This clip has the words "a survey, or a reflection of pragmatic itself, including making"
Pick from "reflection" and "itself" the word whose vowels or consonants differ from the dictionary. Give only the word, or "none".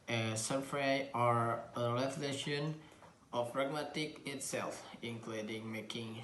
reflection